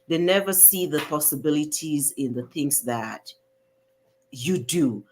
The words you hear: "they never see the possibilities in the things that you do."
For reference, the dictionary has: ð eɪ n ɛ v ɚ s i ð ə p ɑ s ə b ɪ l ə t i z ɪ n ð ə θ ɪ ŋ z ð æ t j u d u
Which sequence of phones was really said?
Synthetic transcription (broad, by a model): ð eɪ n ɛ v ɚ s i ð ə p ɑ s ə b ɪ l ə t i z ɪ n ð ə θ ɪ ŋ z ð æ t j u d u